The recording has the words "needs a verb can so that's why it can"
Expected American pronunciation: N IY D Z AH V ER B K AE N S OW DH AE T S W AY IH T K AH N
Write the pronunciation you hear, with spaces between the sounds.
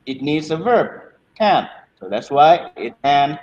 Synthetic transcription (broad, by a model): N IY D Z AH V ER B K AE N S OW DH AE T S W AY IH T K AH N